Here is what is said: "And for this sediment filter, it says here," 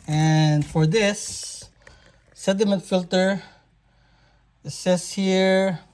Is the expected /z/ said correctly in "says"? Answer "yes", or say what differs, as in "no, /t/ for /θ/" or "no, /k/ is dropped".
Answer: no, /s/ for /z/